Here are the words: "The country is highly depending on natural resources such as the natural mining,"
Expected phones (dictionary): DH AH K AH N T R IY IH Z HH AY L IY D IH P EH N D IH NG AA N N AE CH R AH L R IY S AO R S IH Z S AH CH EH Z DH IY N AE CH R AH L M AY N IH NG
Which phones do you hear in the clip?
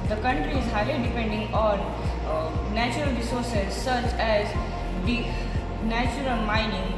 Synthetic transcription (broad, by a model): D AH K AH N T R IY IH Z HH AY L IY D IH P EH N D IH NG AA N N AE CH R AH L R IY S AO R S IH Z S AH CH EH Z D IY N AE CH R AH L M AY N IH NG